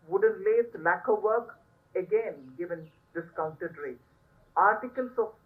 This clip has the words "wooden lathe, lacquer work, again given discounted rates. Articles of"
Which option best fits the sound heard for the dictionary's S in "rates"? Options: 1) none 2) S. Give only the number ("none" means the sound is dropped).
1